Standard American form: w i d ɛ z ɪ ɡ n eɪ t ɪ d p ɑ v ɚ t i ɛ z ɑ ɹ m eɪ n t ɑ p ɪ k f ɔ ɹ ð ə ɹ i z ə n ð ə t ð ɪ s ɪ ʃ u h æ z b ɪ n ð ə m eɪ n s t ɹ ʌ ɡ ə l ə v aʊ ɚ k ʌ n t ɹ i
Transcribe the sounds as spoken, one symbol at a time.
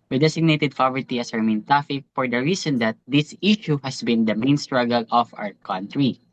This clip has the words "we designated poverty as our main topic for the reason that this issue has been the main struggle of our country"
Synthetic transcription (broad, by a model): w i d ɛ s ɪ ɡ n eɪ t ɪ d p ɑ v ɚ t i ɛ s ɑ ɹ m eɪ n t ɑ f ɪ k f ɔ ɹ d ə ɹ i s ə n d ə t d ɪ s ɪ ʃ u h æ s b ɪ n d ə m eɪ n s t ɹ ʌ ɡ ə l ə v aʊ ɚ k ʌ n t ɹ i